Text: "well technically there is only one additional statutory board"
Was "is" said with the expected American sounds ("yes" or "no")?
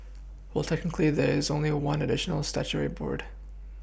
yes